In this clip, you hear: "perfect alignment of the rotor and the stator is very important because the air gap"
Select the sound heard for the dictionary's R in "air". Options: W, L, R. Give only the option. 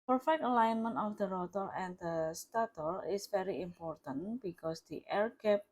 R